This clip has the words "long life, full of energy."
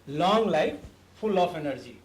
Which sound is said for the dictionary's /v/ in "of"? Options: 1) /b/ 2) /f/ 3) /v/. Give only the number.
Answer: 2